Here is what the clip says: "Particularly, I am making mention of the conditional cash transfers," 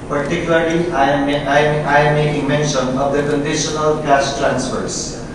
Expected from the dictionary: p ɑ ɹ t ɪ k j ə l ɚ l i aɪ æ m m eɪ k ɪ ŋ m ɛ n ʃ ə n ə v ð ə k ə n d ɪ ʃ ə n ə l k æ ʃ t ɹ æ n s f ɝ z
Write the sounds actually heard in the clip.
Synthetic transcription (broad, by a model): p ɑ ɹ t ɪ k j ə l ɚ l i aɪ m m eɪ ɪ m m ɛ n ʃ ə n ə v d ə k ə n d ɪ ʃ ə n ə l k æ s t ɹ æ n s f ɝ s